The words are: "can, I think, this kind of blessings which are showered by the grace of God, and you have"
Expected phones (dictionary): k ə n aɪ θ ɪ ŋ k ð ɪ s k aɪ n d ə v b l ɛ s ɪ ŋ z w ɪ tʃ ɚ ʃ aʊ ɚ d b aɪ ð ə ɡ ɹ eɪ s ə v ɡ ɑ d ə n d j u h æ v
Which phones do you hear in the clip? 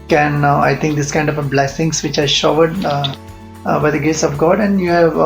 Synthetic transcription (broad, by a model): k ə n aɪ t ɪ ŋ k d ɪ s k aɪ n d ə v b l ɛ s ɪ ŋ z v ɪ tʃ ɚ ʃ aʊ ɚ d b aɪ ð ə ɡ ɹ eɪ s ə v ɡ ɑ d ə n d j u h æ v